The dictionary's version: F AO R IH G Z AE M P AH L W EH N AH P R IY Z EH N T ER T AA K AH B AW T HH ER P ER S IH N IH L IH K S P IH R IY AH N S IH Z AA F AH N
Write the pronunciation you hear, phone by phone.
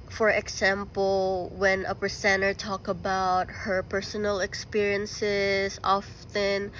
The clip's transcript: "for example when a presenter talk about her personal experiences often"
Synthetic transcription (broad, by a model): F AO R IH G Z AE M P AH L W EH N AH P R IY S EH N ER T AA K AH B AW T HH ER P ER S IH N IH L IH K S P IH R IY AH N S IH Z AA F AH N